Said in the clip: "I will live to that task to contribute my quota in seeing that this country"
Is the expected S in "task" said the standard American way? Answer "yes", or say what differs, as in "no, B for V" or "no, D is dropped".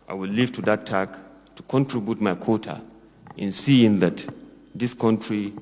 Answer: no, S is dropped